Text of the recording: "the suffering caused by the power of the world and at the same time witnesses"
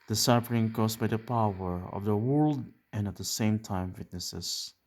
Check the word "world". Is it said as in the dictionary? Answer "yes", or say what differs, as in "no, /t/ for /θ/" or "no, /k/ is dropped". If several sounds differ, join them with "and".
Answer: yes